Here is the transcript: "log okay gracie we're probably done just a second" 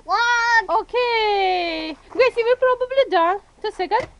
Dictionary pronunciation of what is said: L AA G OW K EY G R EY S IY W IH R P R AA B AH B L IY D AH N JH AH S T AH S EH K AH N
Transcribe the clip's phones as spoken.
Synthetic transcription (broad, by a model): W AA OW K EY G EY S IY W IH L P R AA B AH B L IY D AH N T AH S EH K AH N